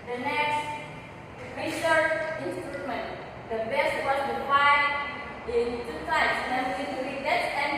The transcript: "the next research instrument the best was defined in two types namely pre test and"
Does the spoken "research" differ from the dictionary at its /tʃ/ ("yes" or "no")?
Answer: yes